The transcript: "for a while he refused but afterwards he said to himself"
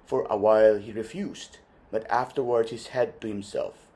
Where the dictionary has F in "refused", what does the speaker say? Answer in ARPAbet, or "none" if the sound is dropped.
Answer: F